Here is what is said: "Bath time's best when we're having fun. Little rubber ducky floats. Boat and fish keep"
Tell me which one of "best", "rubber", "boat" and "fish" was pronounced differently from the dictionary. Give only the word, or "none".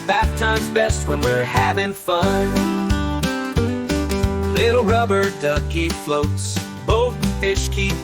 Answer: boat